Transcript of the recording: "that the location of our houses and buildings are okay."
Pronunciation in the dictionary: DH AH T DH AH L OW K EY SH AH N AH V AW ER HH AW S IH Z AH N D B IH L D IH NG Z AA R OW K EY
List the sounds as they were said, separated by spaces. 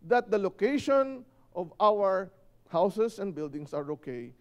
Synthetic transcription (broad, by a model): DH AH T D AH L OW K EY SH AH N AH V AW ER HH AW S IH S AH N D B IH L D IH NG S AA R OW K EY